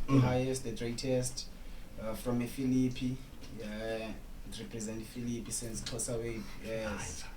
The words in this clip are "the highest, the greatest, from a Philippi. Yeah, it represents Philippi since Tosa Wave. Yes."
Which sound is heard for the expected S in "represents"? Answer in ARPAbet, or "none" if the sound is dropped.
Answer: none